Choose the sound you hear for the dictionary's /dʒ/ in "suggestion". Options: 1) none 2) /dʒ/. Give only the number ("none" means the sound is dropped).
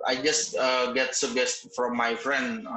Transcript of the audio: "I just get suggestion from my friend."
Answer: 1